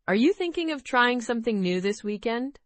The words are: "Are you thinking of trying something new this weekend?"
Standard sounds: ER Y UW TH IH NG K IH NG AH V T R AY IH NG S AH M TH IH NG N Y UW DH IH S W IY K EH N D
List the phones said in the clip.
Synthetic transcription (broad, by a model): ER Y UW TH IH NG K IH NG AH V T R AY IH NG S AH M TH IH NG N Y UW DH IH S W IY K EH N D